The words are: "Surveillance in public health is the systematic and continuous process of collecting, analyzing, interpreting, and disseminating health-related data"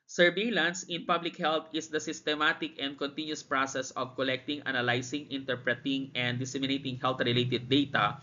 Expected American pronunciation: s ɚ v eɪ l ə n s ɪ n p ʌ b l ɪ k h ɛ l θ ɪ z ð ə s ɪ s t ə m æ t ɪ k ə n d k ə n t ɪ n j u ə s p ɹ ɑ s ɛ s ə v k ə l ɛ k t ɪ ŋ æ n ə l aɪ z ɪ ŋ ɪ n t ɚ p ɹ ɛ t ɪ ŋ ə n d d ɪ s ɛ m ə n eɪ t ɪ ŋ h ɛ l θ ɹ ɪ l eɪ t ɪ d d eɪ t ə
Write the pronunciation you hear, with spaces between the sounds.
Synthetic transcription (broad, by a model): s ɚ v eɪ l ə n s ɪ n p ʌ b l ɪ k h ɛ l t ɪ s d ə s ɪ s t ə m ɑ t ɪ k ə n d k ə n t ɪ n j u s p ɹ ɑ s ɛ s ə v k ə l ɛ k t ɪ ŋ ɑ n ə l aɪ s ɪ ŋ ɪ n t ɚ p ɹ ɛ t ɪ ŋ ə n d d ɪ s ɛ m ə n eɪ t ɪ ŋ h ɛ l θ ɹ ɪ l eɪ t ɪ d d eɪ t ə